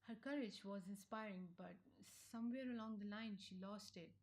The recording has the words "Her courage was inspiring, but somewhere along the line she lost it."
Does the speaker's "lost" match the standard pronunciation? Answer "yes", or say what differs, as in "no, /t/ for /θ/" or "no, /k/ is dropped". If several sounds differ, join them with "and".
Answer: yes